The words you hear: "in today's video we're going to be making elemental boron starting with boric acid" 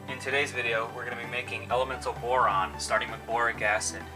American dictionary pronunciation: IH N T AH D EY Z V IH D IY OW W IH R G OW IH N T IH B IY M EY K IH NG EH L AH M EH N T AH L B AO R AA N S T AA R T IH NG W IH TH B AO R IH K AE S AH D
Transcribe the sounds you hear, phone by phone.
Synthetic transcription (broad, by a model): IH N T AH D EY Z V IH D IY OW W IH R G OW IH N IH B IY M EY K IH NG EH L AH M EH N T L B AO R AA N S T AA R T IH NG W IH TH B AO R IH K AE S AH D